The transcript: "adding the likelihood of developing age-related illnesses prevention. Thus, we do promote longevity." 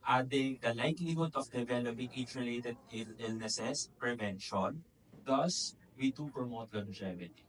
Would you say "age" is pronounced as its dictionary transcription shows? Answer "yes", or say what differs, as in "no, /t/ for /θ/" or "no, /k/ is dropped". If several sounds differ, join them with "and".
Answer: no, /tʃ/ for /dʒ/